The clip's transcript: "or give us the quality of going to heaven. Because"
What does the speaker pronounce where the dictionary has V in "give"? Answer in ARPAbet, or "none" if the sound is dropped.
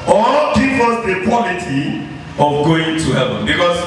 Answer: P